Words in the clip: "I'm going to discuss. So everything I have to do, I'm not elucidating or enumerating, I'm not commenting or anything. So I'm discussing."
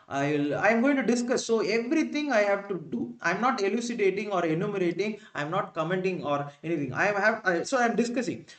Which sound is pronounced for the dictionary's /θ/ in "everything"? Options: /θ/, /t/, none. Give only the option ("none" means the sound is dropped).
/t/